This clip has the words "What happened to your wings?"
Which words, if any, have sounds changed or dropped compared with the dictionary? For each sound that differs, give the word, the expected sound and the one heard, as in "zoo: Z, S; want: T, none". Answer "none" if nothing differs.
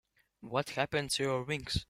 wings: Z, S